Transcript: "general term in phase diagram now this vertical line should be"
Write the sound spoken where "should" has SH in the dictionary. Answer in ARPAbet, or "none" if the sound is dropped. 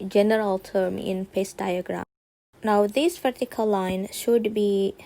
SH